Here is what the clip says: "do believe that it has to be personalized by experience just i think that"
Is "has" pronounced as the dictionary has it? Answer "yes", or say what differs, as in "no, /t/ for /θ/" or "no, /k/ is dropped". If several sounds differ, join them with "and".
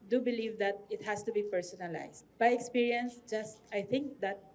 no, /s/ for /z/